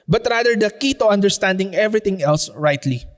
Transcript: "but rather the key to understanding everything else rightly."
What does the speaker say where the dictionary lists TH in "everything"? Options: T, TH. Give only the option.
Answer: T